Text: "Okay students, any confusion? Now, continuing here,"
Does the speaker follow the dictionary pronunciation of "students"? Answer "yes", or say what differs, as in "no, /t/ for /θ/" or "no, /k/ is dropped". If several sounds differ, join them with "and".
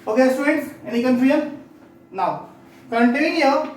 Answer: no, /n/ is dropped